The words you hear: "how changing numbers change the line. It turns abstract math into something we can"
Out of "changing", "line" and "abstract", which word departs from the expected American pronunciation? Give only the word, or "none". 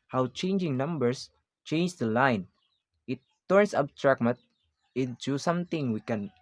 abstract